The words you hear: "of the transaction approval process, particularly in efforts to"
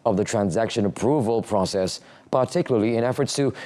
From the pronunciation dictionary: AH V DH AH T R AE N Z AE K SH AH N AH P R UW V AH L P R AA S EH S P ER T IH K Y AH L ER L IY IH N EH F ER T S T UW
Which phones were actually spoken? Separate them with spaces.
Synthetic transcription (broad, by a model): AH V DH AH T R AE N Z AE K SH AH N AH P R UW V AH L P R AA S EH S P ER T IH K Y L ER L IY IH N EH F ER T S T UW